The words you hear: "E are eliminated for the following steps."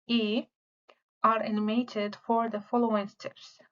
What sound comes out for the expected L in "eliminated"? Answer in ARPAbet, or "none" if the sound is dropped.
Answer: N